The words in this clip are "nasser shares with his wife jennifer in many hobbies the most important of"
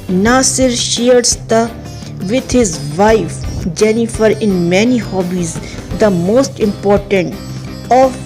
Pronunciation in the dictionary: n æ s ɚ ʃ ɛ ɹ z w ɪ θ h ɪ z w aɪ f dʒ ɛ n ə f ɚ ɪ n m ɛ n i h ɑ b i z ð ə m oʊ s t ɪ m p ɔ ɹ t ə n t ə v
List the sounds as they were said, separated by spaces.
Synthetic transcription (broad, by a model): n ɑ s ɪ ʃ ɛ ɹ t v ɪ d h ɪ z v aɪ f dʒ ɛ n ə f ɚ ɪ n m ɛ n i h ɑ b i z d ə m oʊ s t ɪ m p ɔ ɹ t ə n t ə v